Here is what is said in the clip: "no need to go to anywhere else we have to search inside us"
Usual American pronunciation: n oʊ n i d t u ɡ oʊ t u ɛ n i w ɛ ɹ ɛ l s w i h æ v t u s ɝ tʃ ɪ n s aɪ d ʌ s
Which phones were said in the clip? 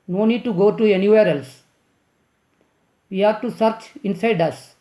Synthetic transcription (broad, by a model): n oʊ n i d t u ɡ oʊ t u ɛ n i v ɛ ɹ ɛ l s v i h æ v t u s ɝ tʃ ɪ n s aɪ d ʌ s